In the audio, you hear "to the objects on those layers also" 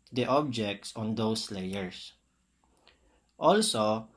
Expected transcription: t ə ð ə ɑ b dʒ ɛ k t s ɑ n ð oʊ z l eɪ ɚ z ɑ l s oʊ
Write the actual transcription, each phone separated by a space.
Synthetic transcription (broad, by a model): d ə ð ɑ b dʒ ɛ k t s ɑ n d oʊ s l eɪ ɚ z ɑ l s oʊ